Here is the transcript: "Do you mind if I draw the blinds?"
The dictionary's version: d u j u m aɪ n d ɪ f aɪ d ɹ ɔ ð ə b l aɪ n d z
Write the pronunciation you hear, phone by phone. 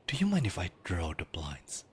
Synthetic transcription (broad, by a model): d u j u m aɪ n ɪ f aɪ d ɹ ɔ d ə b l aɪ n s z